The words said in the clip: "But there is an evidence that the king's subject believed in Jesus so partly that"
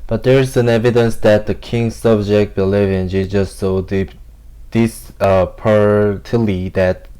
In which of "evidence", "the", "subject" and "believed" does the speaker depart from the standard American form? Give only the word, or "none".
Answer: believed